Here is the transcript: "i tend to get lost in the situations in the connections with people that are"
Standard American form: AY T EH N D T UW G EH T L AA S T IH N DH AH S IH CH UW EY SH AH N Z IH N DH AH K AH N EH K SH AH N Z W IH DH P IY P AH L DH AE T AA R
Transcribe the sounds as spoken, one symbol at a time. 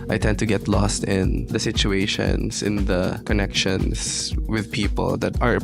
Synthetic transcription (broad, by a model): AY T EH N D T UW G EH T L AA S T IH N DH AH S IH CH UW EY SH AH N S IH N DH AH K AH N EH K SH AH N S W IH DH P IY P AH L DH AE T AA R